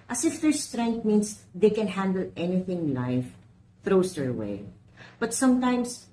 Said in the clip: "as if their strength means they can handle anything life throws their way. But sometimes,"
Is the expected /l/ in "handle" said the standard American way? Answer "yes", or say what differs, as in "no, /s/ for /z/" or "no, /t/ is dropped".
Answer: yes